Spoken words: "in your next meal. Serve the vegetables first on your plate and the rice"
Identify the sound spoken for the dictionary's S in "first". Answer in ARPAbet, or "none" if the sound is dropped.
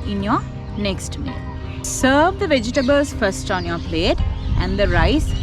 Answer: S